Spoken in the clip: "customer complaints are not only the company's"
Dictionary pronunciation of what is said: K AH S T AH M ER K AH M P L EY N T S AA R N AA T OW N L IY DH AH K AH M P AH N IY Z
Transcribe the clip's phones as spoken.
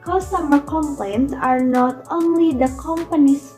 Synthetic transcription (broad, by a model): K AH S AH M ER K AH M P L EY N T AA R N AA T OW N L IY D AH K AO M P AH N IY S